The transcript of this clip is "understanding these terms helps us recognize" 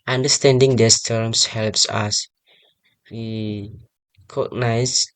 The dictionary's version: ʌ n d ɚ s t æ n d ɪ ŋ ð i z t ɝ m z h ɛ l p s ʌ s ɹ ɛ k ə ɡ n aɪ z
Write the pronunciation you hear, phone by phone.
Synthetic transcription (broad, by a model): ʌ n d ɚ s t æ n d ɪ ŋ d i s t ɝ m s h ɛ l p s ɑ s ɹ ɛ k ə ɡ n aɪ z